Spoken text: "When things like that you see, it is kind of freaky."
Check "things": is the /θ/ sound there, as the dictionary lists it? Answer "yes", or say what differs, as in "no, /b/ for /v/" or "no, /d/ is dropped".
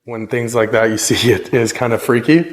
yes